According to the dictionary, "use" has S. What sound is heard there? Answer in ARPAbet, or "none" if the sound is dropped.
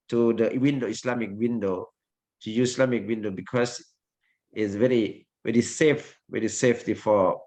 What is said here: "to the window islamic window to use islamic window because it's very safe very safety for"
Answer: none